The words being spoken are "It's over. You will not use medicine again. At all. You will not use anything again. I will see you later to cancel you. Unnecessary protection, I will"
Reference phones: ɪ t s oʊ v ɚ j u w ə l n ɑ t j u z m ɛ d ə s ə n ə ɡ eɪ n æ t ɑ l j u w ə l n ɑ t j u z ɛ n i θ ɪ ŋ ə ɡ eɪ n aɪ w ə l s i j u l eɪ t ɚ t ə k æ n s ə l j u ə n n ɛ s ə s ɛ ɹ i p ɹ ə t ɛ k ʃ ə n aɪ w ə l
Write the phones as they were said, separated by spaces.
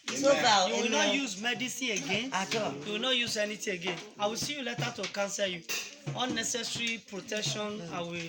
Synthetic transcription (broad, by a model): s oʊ b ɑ j u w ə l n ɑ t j u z m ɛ d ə s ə ə ɡ eɪ n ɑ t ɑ j u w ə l n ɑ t j u z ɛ n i t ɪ ə ɡ eɪ n aɪ w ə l s i j u l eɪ t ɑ t ə k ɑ n s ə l j u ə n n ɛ s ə s ɹ i p ɹ ə t ɛ k ʃ ə n aɪ w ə